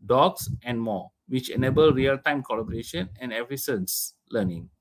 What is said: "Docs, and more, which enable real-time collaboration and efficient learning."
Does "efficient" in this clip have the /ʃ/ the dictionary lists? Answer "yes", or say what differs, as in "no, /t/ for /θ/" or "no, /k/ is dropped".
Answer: no, /s/ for /ʃ/